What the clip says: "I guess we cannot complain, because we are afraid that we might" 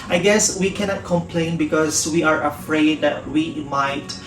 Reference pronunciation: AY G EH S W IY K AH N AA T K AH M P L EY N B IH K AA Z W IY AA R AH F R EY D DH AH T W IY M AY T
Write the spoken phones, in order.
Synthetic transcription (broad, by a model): AY G EH S W IY K AH N AA T K AH M P L EY N B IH K AA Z W IY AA R AH F R EY D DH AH T W IY M AY T